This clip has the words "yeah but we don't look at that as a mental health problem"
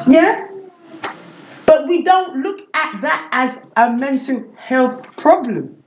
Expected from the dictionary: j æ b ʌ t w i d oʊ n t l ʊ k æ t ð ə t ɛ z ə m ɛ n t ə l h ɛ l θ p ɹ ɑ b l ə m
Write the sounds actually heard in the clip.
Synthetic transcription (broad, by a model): j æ b ʌ t w i d oʊ n t l ʊ k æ t ð ə t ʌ z ə m ɛ n t ə l h ɛ l θ p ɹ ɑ b l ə m